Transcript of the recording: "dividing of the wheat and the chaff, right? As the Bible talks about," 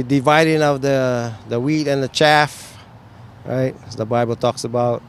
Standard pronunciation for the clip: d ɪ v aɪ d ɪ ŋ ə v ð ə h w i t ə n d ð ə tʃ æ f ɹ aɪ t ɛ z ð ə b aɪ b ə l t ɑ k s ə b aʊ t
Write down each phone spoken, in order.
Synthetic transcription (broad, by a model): d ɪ v aɪ d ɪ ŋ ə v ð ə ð w i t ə n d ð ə tʃ æ f ɹ aɪ t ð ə b aɪ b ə l t ɑ k s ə b aʊ t